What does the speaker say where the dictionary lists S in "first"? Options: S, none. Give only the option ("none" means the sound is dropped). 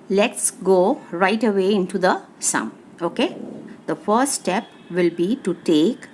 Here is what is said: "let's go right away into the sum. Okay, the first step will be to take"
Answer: none